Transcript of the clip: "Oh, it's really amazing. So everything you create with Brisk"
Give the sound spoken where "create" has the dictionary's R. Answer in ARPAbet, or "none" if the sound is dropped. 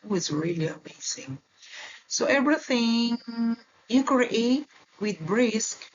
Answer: none